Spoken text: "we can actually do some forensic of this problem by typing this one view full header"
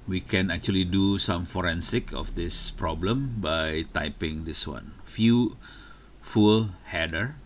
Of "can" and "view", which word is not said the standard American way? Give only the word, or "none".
view